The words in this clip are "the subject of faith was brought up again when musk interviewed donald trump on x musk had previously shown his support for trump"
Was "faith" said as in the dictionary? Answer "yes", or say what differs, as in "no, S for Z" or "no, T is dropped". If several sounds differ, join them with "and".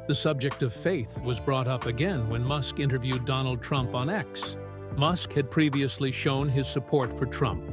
yes